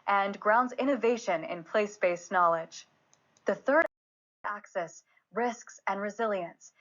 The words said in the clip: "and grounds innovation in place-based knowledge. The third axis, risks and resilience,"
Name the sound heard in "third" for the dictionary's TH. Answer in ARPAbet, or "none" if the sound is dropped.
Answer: TH